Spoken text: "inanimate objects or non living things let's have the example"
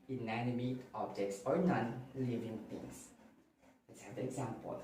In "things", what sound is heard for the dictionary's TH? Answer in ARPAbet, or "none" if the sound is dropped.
T